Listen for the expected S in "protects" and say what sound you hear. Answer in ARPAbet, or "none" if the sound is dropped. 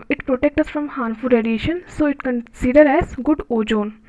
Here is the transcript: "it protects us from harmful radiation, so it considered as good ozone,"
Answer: none